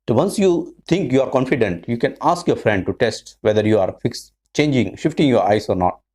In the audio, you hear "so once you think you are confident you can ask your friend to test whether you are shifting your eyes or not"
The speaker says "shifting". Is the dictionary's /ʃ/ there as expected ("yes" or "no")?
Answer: yes